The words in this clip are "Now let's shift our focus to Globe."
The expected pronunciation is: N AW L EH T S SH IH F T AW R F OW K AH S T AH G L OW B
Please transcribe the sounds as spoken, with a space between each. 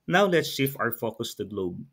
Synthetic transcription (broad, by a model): N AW L EH T S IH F AW R F OW K AH S T AH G L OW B